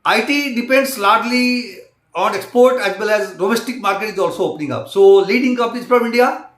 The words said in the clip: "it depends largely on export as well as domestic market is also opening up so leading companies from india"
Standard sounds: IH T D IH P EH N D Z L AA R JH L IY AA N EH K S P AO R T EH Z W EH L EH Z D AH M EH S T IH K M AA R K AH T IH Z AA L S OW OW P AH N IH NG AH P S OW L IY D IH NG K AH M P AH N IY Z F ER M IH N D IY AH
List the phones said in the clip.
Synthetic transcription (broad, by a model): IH T D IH P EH N D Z L AA R JH L IY AA N EH K S P AO R T EH Z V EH L EH Z D AH M EH S T IH K M AA R K AH T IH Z AA L S OW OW P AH N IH NG AH P S OW L IY D IH NG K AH P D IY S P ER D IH N D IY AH